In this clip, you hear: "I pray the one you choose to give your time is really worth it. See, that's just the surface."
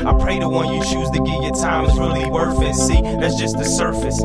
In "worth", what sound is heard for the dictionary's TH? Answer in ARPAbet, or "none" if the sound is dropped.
F